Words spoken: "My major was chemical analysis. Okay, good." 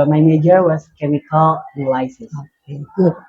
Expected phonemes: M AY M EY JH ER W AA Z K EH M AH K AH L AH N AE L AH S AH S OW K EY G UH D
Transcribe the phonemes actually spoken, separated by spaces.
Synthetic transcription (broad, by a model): M AY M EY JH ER W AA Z K EH M AH K AH L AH L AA AH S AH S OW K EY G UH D